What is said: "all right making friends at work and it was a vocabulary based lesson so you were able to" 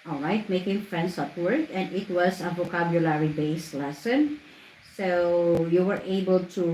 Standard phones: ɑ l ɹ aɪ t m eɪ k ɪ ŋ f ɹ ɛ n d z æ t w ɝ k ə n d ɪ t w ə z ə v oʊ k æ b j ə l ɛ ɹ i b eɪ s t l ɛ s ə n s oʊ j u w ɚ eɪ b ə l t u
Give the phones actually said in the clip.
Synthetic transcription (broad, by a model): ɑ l ɹ aɪ t m eɪ k ɪ ŋ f ɹ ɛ n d s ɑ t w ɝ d ə n d ɪ t w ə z ə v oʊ k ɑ b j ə l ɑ ɹ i b eɪ s l ɛ s ə n s oʊ j u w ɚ eɪ b ə l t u